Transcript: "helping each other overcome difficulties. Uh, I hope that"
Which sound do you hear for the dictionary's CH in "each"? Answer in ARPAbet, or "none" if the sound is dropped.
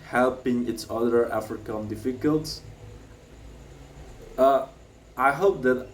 S